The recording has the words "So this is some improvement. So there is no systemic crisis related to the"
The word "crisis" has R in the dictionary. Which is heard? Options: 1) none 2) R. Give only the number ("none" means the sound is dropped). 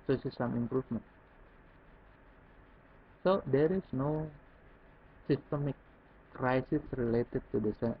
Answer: 2